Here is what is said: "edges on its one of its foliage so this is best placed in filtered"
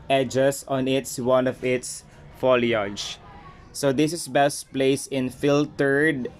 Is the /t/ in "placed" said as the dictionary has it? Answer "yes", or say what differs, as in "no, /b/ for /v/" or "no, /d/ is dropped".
no, /t/ is dropped